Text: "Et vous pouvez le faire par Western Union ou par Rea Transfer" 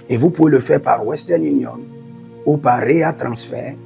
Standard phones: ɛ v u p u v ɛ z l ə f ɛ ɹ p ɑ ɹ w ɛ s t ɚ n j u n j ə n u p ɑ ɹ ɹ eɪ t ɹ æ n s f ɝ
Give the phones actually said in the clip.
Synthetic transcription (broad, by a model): ɛ v u p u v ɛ l ə f ɛ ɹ p ɑ ɹ w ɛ s t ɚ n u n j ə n u p ɑ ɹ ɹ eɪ t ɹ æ s f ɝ